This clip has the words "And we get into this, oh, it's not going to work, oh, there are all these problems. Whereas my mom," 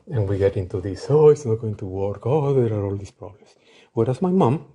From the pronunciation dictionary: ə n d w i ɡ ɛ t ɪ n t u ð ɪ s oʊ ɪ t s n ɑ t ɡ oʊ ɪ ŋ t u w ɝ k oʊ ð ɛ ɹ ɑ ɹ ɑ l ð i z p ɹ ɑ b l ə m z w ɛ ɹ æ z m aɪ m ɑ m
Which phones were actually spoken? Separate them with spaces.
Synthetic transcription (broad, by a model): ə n w i ɡ ɛ t ɪ n t u ð ɪ s oʊ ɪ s n ɑ t ɡ oʊ ɪ ŋ t u w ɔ k oʊ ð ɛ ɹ ɑ ɹ ɑ l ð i s p ɹ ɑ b l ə m s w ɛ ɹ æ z m aɪ m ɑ m